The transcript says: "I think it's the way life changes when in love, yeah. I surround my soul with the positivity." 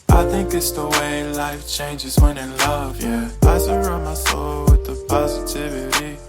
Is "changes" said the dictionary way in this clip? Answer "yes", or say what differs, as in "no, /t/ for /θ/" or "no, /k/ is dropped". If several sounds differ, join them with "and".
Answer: yes